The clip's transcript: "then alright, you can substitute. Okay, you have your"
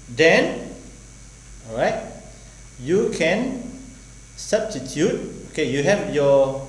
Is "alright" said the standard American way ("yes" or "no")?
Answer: no